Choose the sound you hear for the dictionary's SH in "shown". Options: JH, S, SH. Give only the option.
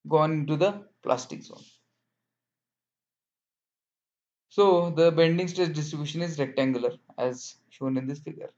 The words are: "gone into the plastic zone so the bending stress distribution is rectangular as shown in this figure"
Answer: SH